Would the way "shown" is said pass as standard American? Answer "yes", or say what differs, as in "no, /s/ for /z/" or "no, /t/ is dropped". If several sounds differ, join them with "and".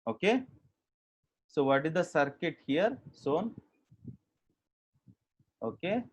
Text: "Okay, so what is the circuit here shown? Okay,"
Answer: no, /s/ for /ʃ/